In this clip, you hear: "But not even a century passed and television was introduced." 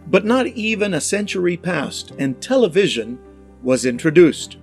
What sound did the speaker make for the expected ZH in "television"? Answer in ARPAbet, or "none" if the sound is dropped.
ZH